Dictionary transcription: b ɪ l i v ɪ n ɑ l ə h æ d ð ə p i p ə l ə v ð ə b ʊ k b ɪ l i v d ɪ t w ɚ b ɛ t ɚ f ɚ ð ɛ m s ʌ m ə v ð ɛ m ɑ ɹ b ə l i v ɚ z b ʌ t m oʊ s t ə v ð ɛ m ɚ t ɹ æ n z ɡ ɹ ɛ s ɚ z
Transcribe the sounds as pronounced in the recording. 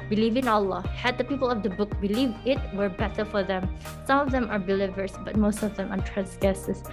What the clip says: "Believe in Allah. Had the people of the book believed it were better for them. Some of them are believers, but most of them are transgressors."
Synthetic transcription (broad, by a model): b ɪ l i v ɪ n ɑ l ə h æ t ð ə p i p ə l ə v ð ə b ʊ k b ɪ l i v ɪ t w ɚ b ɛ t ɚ f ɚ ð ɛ m s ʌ m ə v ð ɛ m ɑ ɹ b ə l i v ɚ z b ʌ t m oʊ s t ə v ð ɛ m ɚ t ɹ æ n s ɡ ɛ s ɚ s